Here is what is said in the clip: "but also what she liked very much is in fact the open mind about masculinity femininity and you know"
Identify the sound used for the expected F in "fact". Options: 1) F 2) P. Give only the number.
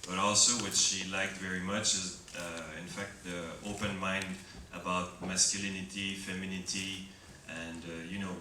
1